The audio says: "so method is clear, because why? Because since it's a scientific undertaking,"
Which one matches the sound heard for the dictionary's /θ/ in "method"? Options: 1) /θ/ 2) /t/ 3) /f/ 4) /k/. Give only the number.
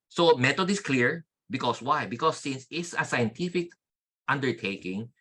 2